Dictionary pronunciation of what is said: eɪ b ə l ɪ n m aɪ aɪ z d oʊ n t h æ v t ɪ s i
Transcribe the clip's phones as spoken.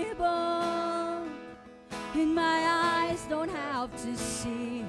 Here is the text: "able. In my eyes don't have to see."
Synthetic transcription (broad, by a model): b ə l ɪ n m aɪ aɪ z d oʊ n t h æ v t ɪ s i